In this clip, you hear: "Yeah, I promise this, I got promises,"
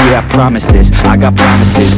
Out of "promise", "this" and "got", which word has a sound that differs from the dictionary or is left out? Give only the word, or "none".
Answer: none